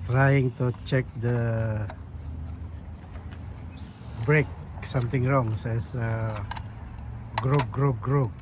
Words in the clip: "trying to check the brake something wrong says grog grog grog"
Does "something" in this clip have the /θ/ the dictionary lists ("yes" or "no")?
no